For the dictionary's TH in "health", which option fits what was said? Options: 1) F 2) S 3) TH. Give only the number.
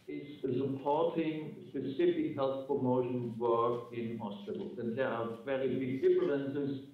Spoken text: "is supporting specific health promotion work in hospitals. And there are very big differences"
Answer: 3